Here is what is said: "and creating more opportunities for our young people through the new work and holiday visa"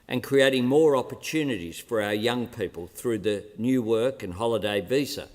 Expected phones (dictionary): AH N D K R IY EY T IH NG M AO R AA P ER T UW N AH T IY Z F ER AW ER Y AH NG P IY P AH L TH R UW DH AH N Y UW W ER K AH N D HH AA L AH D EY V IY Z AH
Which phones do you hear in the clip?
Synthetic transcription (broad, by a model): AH N K R IY EY T IH NG M AO R AA P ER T UW N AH T IY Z F ER AW ER Y AH NG P IY P AH L TH R UW DH AH N Y UW W ER K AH N HH AA L AH D EY V IY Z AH